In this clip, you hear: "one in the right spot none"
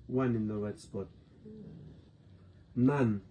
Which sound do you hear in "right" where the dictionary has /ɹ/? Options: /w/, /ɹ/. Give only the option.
/w/